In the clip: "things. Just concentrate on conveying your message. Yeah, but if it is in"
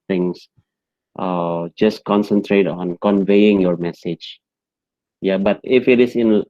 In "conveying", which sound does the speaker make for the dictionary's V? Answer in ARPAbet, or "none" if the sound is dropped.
V